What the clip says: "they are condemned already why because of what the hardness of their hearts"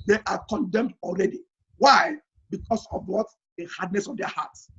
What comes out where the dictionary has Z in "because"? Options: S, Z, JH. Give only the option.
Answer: S